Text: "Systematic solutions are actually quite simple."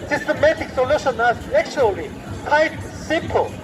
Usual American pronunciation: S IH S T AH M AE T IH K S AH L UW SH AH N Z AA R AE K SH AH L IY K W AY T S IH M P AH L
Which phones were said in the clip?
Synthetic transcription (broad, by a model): S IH S T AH M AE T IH K S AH L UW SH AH N AA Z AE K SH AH L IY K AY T S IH M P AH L